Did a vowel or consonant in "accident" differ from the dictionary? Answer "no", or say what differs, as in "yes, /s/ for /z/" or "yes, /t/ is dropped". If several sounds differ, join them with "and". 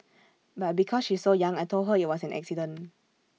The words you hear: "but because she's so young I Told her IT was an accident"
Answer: yes, /t/ is dropped